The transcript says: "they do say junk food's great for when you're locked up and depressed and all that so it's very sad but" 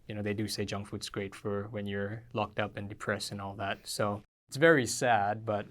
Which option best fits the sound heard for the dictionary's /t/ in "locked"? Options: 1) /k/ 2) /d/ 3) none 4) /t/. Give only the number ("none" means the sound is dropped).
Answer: 4